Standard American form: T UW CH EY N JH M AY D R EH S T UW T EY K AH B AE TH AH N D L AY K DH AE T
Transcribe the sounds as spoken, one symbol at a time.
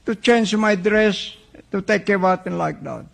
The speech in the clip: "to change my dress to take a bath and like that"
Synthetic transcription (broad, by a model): T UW CH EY N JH M AY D R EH S T UW T EY K AH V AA T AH N L AY K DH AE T